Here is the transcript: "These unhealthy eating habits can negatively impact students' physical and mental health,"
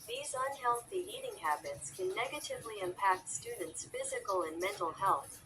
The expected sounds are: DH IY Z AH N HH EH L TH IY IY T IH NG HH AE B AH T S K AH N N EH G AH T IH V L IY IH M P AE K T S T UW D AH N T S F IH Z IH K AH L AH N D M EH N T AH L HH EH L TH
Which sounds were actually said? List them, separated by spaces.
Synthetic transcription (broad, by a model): DH IY Z AH N HH EH L TH IY IY T IH NG HH AE B AH T S K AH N N EH G AH T IH V L IY IH M P AE K T S T UW D N T S F IH Z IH K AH L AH N M EH N T L HH EH L TH